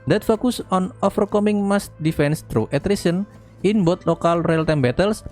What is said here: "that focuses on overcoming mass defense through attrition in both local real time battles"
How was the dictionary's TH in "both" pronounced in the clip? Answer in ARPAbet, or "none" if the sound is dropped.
T